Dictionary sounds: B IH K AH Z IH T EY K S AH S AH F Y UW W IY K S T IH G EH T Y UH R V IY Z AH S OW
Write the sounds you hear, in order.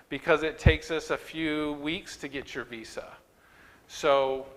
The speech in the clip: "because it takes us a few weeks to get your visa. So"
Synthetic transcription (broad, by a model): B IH K AH Z IH T EY K S AH S AH F Y UW W IY K S T IH G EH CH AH R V IY S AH S OW